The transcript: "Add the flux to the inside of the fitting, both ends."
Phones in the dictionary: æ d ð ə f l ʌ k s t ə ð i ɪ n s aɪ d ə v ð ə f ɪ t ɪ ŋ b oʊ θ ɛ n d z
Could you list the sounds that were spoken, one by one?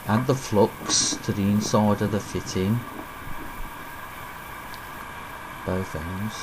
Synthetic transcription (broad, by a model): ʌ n ð ə f l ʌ k s t ə ð i ɪ n s aɪ d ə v ð ə f ɪ t ɪ ŋ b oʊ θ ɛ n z